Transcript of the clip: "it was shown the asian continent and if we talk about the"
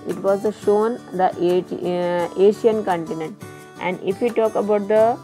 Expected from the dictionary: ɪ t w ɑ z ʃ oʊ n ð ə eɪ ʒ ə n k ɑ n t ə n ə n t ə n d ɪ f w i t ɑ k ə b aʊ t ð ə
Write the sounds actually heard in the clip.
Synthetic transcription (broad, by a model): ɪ t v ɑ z ʃ oʊ n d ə eɪ ʃ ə n k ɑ n t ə n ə n t ə n d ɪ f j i t ɑ k ə b aʊ t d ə